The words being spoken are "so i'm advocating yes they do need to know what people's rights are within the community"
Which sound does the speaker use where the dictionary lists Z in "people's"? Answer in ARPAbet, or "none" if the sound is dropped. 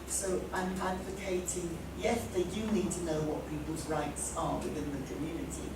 Z